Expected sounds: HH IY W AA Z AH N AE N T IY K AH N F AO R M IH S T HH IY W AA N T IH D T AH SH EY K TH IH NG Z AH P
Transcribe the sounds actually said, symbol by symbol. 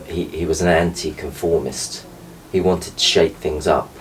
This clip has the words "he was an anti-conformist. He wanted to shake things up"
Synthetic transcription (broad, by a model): HH IY W AA Z AH N AE N T IY K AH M F AO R M IH S T HH IY W AA N T IH D T AH SH EY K TH IH NG Z AH P